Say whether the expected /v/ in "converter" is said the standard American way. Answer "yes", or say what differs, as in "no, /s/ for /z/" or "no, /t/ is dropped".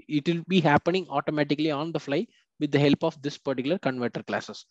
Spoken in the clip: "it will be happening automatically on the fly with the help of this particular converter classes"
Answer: yes